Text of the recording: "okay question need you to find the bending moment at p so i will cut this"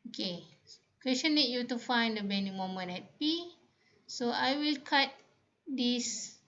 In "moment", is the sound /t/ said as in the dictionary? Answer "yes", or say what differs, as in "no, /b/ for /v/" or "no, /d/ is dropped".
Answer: no, /t/ is dropped